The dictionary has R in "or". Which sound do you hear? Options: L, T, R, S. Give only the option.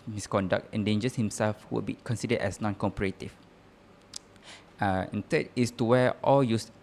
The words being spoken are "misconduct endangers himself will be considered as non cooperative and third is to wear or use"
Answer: L